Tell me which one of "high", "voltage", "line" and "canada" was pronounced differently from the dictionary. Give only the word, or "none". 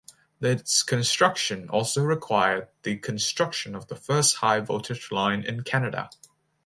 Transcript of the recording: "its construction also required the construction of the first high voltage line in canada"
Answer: voltage